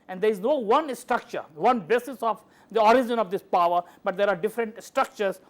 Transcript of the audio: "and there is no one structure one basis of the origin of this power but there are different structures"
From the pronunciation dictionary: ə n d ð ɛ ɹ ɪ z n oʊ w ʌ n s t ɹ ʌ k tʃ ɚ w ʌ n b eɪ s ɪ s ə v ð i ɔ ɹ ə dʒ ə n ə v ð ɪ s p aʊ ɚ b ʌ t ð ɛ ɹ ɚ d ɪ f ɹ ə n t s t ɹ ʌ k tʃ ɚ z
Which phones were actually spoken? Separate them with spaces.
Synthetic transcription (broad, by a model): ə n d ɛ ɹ ɪ z n oʊ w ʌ n s t ɹ ʌ k tʃ ɚ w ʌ n b eɪ s ɪ s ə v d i ɔ ɹ ə dʒ ə n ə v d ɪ s p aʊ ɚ b ʌ t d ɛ ɹ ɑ d ɪ f ɹ ə n t s t ɹ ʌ k tʃ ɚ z